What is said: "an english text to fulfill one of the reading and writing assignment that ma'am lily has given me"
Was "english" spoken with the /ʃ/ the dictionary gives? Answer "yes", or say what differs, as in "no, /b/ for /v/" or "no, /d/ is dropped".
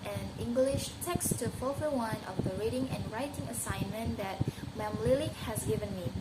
yes